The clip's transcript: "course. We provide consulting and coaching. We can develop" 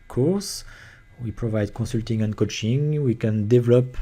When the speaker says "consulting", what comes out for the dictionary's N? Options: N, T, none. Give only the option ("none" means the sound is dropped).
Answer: none